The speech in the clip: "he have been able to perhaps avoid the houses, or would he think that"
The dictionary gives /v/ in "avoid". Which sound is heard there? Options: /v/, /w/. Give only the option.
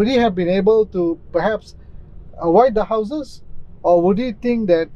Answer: /w/